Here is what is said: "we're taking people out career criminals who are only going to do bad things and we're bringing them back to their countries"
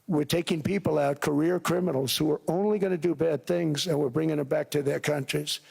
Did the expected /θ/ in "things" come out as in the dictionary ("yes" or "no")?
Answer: yes